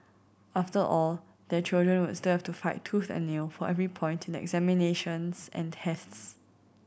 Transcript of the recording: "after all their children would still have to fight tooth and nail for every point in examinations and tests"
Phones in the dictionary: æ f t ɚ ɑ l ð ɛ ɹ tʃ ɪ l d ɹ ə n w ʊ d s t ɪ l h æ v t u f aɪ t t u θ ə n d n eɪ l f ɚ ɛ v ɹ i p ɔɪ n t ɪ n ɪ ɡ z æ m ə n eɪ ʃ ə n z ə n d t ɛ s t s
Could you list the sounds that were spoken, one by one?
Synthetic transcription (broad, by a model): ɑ f t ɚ ɑ l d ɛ tʃ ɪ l d ɹ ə n w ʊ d s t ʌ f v t u f aɪ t t u θ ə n n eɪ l f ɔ ɛ v ɹ i p ɔɪ n t ɪ n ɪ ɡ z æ m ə n eɪ ʃ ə n s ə n t ɛ s t s